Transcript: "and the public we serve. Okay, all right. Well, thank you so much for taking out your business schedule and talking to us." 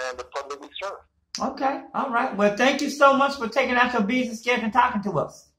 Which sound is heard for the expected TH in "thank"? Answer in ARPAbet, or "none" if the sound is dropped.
TH